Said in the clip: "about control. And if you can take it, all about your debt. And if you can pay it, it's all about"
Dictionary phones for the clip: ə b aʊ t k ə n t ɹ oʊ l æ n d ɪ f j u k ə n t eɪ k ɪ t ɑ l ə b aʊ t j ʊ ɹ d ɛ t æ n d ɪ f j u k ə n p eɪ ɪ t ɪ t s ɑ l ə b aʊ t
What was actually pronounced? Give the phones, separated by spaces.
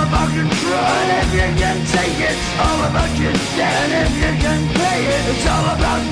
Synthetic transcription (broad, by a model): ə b aʊ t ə t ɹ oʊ ɪ f j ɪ k ə n t eɪ k ɪ t ɑ l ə b aʊ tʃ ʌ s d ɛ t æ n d ɪ f j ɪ k ə n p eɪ ɪ t ɪ t s ɑ l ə b aʊ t